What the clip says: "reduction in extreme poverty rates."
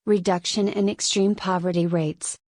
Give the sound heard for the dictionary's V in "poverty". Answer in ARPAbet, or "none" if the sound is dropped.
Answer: V